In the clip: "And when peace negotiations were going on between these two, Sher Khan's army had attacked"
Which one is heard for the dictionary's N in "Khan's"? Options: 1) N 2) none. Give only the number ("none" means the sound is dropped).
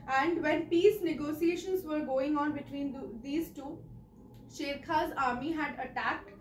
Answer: 2